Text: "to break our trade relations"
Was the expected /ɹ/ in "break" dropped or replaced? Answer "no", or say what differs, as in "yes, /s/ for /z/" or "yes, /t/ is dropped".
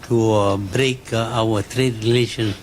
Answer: no